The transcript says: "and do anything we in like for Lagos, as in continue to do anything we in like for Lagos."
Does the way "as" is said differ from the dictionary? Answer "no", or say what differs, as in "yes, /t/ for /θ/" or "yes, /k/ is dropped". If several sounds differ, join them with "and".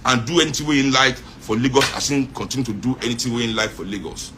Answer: yes, /s/ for /z/